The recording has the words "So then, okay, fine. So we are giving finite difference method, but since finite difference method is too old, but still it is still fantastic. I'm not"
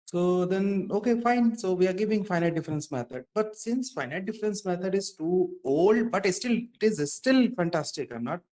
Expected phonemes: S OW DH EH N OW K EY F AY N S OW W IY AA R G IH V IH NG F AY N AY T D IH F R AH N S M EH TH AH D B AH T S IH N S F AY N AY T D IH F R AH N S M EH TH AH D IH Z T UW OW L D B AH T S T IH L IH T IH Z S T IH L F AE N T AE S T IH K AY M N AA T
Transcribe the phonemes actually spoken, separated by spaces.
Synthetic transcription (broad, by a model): S OW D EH N OW K EY F AY N S OW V IY AA R G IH V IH NG F AY N AY T D IH F R AH N S M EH T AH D B AH T S IH N S F AY N AY T D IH F R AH N S M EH T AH D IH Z T UW OW L D B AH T S T IH L IH T IH Z S T IH L F AE N T AE S T IH K AY M N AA T